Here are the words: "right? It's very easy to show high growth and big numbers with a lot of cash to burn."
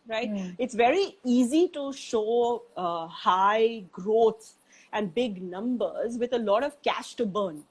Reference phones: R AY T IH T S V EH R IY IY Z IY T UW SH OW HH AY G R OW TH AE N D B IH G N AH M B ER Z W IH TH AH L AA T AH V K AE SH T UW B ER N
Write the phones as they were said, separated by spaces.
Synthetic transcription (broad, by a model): R AY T IH T S V EH R IY IY Z IY T UW SH OW HH AY G R OW S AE N D B IH G N AH M B ER Z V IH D AH L AA T AH V K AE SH T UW B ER N